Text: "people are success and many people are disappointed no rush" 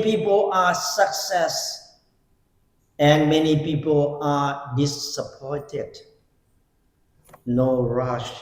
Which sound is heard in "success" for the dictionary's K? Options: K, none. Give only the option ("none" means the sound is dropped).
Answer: K